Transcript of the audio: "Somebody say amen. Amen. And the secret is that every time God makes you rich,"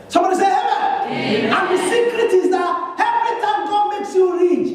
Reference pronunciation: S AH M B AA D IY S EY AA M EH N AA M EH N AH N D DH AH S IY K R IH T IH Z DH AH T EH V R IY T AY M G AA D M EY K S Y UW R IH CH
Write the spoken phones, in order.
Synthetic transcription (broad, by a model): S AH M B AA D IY S EY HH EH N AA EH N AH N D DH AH S IY K R IH T IH Z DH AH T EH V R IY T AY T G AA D M EY K S Y UW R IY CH